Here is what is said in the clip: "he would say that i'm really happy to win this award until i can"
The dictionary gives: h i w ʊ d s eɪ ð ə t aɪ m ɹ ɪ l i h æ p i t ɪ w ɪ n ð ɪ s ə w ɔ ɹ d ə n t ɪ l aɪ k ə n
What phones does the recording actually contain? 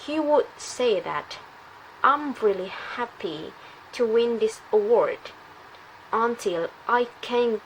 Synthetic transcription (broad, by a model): h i w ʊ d s eɪ ð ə t aɪ m ɹ ɪ l i h æ p i t ɪ w ɪ n ð ɪ s ə w ɔ ɹ d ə n t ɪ l aɪ k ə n